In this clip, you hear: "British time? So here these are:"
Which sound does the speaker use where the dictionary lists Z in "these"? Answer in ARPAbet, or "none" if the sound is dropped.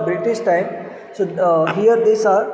S